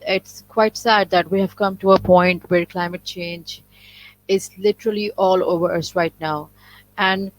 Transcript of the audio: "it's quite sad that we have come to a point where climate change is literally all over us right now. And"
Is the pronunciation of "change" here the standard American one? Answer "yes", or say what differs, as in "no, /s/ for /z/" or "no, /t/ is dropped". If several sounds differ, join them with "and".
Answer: yes